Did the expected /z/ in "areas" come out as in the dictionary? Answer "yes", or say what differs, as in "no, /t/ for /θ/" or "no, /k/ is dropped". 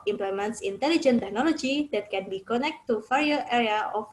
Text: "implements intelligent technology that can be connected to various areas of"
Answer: no, /z/ is dropped